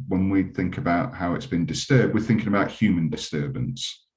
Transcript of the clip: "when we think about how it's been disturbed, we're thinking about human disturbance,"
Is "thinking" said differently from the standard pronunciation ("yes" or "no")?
no